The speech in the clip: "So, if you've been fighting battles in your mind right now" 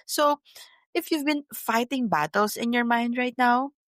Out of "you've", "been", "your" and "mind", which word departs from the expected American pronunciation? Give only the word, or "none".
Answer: none